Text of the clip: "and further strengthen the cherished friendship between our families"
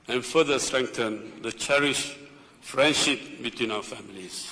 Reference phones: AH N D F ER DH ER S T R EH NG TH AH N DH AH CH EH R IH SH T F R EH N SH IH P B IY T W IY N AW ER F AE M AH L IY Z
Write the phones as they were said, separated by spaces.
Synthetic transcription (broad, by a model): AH N F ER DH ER S T R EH NG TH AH N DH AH CH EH R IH SH F R EH N SH IH P B IY T W IY N AW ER F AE M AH L IY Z